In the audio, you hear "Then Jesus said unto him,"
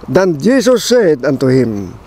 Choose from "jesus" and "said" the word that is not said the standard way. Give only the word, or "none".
jesus